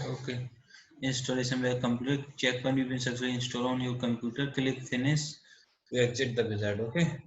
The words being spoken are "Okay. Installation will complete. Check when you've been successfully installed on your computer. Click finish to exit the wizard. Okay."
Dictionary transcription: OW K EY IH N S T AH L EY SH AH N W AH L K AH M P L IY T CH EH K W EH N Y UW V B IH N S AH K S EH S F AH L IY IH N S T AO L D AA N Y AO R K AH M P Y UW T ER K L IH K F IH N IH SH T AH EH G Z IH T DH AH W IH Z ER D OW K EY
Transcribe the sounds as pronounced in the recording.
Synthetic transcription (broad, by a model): OW K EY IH N S T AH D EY S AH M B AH K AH M P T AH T CH EH K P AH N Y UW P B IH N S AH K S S AH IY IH N S T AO D AA N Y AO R K AH M P Y UW T ER K L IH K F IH N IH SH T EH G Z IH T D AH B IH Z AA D OW K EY